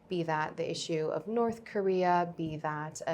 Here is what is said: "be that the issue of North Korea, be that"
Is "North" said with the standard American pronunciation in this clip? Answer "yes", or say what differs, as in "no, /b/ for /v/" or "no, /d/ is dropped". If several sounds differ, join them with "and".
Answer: yes